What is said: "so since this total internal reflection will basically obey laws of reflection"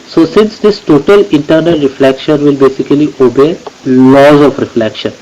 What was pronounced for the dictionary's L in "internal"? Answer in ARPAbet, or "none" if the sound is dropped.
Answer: L